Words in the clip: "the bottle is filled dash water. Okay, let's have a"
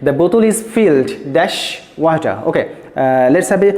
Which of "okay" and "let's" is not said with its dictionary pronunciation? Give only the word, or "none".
none